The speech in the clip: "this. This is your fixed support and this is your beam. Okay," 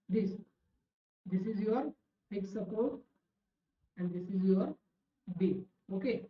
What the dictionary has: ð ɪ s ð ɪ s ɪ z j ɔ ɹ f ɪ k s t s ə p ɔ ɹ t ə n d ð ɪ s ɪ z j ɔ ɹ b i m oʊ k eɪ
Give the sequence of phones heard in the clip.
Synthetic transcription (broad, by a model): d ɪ s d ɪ s ɪ z j ɔ ɹ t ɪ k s s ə p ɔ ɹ t ə n d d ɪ s ɪ z j ɔ ɹ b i oʊ k eɪ